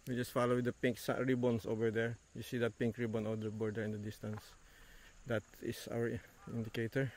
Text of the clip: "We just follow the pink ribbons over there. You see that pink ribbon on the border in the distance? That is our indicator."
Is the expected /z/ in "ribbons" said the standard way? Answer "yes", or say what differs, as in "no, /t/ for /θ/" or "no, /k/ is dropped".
no, /s/ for /z/